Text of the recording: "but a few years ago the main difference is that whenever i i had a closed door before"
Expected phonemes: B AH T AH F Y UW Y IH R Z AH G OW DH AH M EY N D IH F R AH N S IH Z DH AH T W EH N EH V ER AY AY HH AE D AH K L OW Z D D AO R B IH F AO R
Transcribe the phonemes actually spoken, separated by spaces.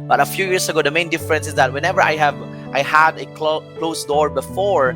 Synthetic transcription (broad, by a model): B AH T AH F Y UW Y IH R S AH G OW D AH M EY N D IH F R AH N S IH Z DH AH T W EH N EH V ER AY AY HH AE D AH K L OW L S D AO R B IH F AO R